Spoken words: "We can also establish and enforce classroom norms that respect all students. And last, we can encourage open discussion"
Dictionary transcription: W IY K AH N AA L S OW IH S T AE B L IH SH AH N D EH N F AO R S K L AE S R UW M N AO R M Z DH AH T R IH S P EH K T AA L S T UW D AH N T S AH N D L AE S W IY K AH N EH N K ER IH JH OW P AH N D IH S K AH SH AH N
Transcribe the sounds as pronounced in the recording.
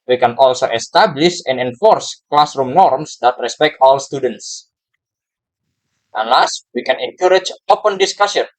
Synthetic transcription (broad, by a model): W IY K AH N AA L S OW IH S T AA B L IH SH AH N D EH N F AO R S K L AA S R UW M N AO R M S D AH T R IH S P EH K T AA L S T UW D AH N T S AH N L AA S W IY K AH N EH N K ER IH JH OW P AH N D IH S K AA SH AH N